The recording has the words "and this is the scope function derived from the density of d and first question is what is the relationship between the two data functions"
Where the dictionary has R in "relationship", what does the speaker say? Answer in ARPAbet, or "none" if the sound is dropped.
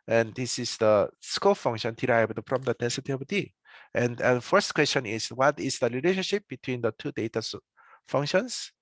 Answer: L